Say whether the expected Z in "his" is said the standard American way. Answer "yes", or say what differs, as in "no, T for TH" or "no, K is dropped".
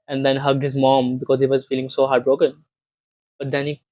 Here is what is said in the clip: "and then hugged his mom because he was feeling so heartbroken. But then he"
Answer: yes